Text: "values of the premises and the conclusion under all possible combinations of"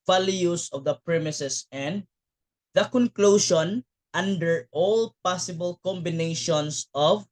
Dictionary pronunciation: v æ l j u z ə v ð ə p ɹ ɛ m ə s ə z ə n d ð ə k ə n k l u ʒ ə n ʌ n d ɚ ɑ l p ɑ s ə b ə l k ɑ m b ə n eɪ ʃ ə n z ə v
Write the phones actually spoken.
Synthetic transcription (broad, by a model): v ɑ l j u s ə v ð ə p ɹ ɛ m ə s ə s ə n d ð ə k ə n k l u ʃ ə n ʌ n d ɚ ɑ l p ɑ s ə b ə l k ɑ m b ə n eɪ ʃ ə n s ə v